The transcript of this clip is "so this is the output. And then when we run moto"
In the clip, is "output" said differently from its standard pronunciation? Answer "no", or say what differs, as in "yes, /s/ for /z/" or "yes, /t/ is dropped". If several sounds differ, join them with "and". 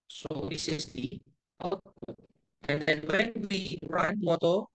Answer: yes, /p/ is dropped